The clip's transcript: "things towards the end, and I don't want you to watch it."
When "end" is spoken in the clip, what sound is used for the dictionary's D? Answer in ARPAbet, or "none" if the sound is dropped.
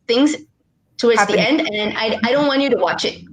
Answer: D